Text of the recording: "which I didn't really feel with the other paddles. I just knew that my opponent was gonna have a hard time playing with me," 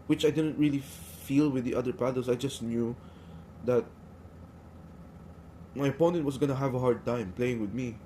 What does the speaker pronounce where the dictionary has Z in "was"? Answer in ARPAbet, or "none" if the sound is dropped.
S